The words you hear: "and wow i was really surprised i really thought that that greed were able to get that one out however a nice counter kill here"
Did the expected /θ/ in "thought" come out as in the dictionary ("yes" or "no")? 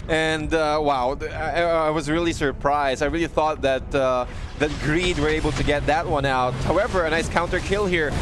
yes